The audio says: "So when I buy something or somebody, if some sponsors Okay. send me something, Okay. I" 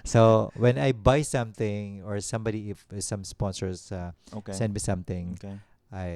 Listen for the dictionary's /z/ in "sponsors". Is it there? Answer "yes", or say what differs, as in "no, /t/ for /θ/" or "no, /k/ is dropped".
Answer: no, /s/ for /z/